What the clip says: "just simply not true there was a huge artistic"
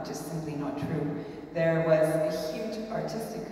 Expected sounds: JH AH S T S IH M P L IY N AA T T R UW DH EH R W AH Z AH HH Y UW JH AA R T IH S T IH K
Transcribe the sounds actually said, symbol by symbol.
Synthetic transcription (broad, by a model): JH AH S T S IH M P L IY N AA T T R UW DH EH R W AH Z AH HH Y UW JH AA R T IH S T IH K